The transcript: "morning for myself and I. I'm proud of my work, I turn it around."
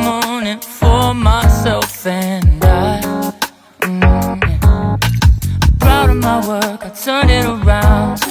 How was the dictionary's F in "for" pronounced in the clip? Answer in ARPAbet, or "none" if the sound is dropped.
F